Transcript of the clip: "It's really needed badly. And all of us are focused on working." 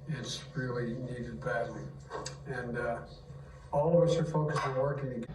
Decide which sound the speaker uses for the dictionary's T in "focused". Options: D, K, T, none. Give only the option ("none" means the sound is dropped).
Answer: none